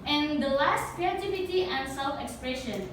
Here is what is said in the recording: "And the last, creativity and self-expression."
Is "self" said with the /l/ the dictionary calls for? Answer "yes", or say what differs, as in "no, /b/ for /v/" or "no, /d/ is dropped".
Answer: yes